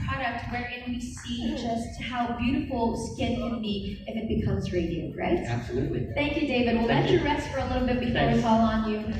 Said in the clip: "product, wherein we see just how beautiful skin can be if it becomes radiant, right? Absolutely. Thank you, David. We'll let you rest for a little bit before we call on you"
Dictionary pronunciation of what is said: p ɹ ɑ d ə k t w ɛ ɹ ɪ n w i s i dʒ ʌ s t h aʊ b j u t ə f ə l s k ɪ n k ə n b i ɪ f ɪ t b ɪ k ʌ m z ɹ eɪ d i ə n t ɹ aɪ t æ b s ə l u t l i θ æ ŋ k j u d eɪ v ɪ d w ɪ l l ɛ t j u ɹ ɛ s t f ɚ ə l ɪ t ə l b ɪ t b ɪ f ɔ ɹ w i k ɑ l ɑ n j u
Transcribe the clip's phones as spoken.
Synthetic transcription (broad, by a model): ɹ ɑ d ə k t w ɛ ɹ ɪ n w i s i dʒ ʌ s t h aʊ b j u t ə f l s k ɪ n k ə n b i ɪ f ɪ t b ɪ k ʌ m z ɹ eɪ d i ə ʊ ɹ aɪ t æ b s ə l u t l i θ æ ŋ k j u d eɪ v ɪ d w ɪ l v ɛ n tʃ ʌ ɹ ɛ s t f ɚ ə l ɪ t l b ɪ t b ɪ f ɔ ɹ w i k ɑ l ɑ n j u